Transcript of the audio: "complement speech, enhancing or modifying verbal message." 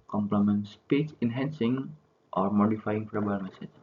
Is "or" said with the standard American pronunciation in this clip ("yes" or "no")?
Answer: yes